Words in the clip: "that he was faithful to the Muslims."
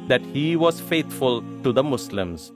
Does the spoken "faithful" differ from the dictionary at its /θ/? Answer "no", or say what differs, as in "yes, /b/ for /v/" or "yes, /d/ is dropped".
yes, /t/ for /θ/